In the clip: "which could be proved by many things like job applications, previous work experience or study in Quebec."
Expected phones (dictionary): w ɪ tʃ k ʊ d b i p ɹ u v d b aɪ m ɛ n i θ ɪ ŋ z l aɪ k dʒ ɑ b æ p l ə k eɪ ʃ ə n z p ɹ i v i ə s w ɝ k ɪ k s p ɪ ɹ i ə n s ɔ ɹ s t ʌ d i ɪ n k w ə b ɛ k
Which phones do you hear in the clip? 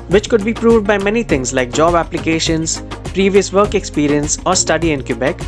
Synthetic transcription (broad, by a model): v ɪ tʃ k ʊ d b i p ɹ u v d b aɪ m ɛ n i t ɪ ŋ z l aɪ k dʒ ɑ b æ p l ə k eɪ ʃ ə n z p ɹ i v i ə s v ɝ k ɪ k s p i ɹ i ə n s ɔ ɹ s t ʌ d i ɪ n k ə b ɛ k